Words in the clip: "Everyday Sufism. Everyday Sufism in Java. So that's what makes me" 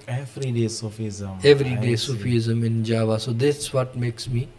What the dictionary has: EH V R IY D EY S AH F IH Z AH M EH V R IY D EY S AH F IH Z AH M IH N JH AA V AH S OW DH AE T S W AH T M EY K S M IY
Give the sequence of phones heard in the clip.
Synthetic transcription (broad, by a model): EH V R IY D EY S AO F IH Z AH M EH V R IY D EY S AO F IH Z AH M IH N JH AA V AH S OW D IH S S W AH T M EY K S M IY